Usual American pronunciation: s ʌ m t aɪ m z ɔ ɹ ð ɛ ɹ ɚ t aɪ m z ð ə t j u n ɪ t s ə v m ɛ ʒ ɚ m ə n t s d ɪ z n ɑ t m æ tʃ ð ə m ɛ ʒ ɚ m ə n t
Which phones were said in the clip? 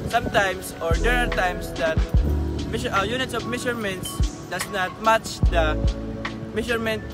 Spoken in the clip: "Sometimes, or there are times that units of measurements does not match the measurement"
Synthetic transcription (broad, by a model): s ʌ m t aɪ m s ɔ ɹ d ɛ ɹ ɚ t aɪ m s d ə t j u n ɪ t s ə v m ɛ ʃ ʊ m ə n t s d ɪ s n ɑ t m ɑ tʃ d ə m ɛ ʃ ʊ m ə n t